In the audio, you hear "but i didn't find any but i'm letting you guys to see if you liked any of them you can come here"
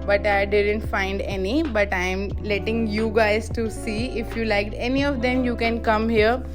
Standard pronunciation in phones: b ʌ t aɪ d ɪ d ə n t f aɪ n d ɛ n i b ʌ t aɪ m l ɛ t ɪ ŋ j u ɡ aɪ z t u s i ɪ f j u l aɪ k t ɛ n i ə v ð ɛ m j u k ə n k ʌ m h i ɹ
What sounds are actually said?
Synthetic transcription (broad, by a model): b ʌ t aɪ d ɪ d ə n t f aɪ n d ɛ n i b ʌ t aɪ m l ɛ t ɪ ŋ j u ɡ aɪ z t u s i ɪ f j u l aɪ k t ɛ n i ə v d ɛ m j u k ə n k ʌ m h i ɹ